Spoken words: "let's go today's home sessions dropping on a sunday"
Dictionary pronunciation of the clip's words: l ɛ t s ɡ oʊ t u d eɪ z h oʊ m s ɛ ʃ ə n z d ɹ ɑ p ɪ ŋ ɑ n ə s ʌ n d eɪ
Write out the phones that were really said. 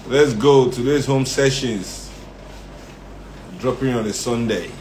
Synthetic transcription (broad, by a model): l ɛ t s ɡ oʊ t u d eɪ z h oʊ m s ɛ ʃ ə n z d ɹ ɑ p ɪ ŋ ɑ n ə s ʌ n d eɪ